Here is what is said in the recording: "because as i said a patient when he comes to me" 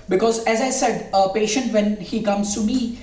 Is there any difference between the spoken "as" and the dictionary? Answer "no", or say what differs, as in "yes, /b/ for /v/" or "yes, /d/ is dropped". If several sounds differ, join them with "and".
no